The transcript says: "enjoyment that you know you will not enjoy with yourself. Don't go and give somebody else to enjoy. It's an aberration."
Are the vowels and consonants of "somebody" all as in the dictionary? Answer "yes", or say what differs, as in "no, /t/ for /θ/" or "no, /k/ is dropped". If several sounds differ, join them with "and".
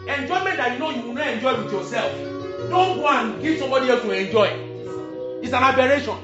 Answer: no, /b/ is dropped